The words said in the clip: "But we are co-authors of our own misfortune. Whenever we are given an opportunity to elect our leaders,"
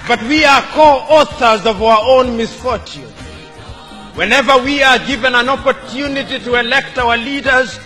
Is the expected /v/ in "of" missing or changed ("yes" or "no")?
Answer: no